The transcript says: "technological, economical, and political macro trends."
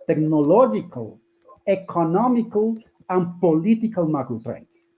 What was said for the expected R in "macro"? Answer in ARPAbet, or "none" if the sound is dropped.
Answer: none